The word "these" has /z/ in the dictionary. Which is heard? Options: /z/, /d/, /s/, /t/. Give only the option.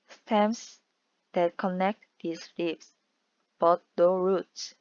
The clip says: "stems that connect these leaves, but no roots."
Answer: /s/